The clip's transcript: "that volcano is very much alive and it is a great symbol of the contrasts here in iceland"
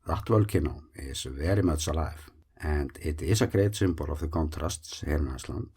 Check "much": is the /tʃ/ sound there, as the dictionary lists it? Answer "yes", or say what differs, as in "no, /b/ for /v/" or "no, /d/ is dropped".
no, /s/ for /tʃ/